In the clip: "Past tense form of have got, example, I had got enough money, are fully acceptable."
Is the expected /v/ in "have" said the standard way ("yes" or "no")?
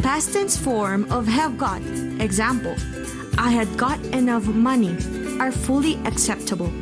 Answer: yes